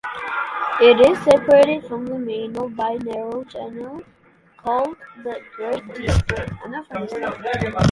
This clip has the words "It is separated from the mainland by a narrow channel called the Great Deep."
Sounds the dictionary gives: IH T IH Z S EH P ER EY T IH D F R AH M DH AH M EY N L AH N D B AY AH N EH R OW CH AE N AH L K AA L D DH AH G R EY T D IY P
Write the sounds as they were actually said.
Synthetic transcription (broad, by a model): IH T IH Z S EH P ER EY T IH D F R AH M DH AH M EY N AH B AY AH N EH R OW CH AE N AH L K AA L D DH AH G R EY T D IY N